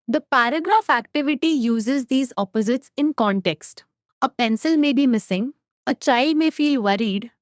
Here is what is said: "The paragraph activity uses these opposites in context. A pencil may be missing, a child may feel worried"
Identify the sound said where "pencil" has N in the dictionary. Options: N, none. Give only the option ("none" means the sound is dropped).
N